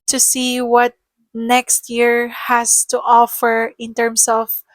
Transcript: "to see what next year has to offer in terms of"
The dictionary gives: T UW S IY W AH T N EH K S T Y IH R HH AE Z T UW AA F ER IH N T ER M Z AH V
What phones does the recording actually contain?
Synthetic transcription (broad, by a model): T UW S IY W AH T N EH K S T Y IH R HH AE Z T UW AA F ER IH N T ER M S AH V